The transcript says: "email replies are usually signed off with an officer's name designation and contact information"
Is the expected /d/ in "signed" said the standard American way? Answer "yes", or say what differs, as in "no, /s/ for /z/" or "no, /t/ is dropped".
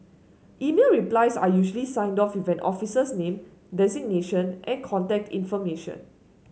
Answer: yes